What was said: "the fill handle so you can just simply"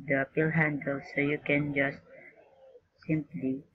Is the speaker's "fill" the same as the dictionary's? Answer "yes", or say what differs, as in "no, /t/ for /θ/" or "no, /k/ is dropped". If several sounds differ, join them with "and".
no, /p/ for /f/